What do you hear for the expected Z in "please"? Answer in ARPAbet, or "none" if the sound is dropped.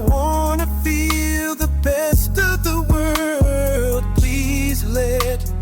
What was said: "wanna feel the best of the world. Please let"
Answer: Z